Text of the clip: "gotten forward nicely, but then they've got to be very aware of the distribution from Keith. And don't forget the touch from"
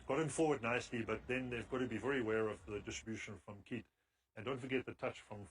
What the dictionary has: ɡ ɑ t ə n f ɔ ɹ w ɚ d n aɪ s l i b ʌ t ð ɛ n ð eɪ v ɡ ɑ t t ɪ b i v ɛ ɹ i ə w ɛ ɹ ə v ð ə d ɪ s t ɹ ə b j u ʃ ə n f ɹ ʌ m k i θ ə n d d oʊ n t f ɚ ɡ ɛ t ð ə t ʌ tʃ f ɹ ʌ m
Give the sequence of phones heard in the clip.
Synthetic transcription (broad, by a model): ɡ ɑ t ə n f ɔ ɹ w ɚ d n aɪ s l i b ʌ t ð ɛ n ð eɪ v ɡ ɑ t t ɪ b i v ɛ ɹ i ə w ɛ ɹ ə v ð ə d ɪ s t ɹ ə b j u ʃ ə n f ɹ ʌ m k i t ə n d d oʊ n t f ɚ ɡ ɛ t ð ə t ʌ tʃ f ɹ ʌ m